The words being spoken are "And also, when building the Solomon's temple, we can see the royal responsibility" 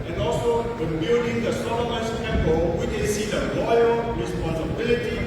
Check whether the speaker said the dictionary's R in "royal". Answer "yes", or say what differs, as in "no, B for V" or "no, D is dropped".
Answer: no, L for R